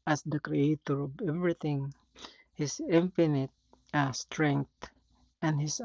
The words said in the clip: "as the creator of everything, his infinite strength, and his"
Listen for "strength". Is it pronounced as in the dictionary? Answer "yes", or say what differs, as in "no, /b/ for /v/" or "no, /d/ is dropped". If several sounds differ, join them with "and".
no, /t/ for /θ/